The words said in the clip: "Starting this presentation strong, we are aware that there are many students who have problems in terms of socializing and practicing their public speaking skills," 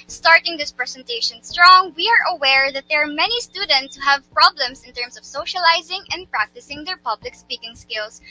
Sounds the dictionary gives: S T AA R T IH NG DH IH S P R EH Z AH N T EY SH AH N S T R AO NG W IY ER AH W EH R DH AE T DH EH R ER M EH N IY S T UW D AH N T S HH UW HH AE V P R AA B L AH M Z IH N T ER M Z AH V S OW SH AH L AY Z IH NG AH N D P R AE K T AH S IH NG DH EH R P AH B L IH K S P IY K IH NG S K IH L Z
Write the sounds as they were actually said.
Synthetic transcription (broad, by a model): S T AA R T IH NG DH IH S P R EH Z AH N T EY SH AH N S T R AO NG W IY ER AH W EH R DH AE T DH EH R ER M EH N IY S T UW D AH N T S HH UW HH AE V P R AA B L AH M S IH N T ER M S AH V S OW SH AH L AY Z IH NG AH N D P R AE K T AH S IH NG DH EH R P AH B L IH K S P IY K IH NG S K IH L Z